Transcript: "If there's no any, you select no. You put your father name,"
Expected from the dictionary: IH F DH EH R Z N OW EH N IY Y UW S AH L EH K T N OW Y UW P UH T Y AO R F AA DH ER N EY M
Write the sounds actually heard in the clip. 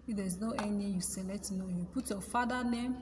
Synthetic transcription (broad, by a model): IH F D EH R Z N OW EH N IY Y UW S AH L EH T N OW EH P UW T Y AO F AA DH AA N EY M